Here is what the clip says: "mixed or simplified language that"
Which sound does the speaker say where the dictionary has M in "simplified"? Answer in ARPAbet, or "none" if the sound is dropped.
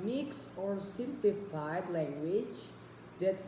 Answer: M